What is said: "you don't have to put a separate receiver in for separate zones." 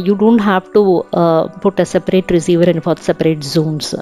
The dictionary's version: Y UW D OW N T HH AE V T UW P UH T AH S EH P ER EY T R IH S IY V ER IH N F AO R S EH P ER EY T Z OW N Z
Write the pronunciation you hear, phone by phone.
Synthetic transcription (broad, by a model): Y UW D OW N T HH AE V T UW P UH T AH S EH P ER EY T R IH S IY V ER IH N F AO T S EH P ER EY T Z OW N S